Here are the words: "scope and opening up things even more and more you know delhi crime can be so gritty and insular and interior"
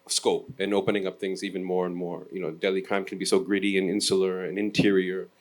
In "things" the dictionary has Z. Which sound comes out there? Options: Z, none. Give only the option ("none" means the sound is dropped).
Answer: Z